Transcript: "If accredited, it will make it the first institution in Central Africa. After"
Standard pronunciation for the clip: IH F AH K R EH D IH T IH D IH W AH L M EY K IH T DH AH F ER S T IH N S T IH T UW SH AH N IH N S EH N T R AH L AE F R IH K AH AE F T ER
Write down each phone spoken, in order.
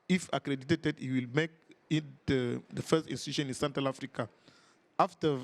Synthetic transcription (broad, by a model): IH F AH K R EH D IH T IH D IH W AH L M EY K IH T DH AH F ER S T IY N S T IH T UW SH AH N IH N S EH N T R AH L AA F R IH K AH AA F T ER